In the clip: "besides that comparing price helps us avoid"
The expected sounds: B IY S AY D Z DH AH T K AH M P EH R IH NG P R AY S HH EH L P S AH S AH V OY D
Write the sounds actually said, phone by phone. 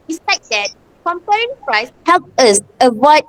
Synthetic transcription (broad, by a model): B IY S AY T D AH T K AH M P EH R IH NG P R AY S HH EH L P AH S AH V OY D